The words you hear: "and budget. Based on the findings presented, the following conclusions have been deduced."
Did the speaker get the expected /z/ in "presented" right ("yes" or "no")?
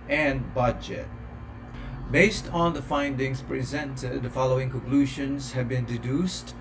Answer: yes